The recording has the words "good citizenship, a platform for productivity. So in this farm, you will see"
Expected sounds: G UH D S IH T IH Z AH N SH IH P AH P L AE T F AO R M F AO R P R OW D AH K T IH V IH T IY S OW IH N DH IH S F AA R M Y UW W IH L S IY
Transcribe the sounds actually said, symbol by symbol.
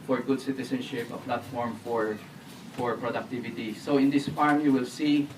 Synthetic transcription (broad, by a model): G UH D S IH T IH S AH N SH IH P AH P L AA T F AO R M F AO R P R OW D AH K T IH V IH T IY S OW IH N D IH S F AA R M Y UW W IH L S IY